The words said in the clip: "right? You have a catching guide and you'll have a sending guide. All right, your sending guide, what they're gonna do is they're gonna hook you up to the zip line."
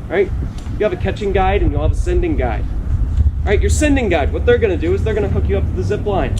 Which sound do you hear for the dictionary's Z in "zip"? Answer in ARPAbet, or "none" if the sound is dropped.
Z